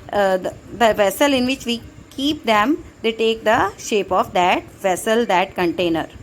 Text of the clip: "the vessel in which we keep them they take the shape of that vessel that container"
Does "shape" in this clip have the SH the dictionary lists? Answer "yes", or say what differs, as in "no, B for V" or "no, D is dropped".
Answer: yes